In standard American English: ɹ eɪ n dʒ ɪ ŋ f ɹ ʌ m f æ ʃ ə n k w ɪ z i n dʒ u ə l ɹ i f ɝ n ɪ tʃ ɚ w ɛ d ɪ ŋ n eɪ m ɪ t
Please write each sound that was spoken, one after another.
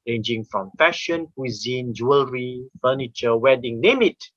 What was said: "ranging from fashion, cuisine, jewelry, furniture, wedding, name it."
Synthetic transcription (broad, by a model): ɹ eɪ n dʒ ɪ ŋ f ɹ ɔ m f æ ʃ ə n k w ɪ z i n dʒ u ə l ɹ i f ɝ n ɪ tʃ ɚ w ɛ d ɪ ŋ n eɪ m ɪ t